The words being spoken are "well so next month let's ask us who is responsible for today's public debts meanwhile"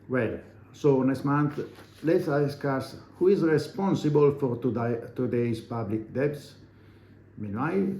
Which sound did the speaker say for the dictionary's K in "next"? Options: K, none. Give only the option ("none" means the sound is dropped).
none